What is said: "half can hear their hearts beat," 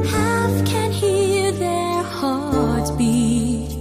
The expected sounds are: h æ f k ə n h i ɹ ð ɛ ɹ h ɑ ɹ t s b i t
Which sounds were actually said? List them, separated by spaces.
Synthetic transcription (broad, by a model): h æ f k ə n h i ɹ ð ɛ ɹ h ɑ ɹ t b i